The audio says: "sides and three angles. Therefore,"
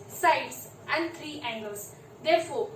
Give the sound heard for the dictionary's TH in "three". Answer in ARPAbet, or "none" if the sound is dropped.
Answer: T